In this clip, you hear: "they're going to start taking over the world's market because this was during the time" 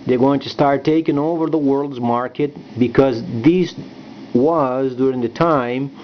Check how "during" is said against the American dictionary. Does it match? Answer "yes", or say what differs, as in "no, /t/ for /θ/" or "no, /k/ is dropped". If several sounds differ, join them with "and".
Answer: yes